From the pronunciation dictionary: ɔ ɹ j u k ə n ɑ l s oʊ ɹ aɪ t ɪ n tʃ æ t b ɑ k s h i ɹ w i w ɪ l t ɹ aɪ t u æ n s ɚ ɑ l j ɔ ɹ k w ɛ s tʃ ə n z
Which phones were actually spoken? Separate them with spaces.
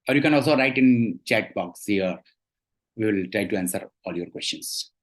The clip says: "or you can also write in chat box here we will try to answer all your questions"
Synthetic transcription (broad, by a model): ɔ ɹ j u k ə n ɑ l s oʊ ɹ aɪ t ɪ n tʃ æ t b ɑ k s h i ɹ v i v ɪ l t ɹ aɪ t u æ n s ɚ ɑ l j ɔ ɹ k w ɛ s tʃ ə n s